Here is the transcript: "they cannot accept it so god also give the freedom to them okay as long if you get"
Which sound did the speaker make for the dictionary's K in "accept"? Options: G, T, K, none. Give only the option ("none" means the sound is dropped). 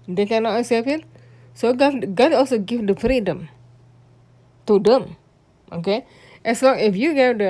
none